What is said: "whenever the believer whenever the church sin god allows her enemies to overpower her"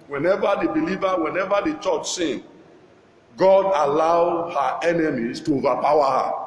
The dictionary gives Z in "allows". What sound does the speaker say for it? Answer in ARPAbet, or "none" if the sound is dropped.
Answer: none